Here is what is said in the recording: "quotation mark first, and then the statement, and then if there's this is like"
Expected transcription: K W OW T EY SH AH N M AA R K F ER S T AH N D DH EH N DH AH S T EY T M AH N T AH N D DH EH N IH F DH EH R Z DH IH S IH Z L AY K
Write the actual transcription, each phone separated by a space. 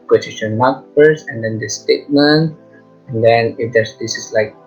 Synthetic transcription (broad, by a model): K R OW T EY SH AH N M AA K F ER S AH N D EH N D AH S T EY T M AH N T AH N D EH N IH F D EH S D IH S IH S L AY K